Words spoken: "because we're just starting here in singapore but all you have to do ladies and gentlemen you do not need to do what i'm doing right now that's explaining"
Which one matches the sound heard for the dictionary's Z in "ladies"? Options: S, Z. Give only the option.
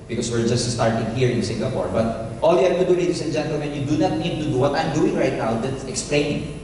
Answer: S